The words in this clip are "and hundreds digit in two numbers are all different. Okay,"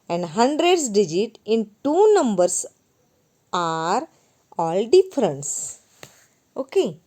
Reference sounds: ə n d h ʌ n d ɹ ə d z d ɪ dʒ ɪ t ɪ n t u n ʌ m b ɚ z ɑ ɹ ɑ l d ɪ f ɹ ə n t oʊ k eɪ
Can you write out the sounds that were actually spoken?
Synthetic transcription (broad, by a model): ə n d h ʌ n d ɹ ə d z d ɪ dʒ ɪ t ɪ n t u n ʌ m b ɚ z ɑ ɹ ɑ l d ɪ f ɹ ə n t oʊ k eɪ